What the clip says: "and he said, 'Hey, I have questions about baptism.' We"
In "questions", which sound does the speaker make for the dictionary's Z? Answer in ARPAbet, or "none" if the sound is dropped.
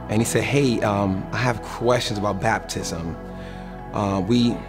Z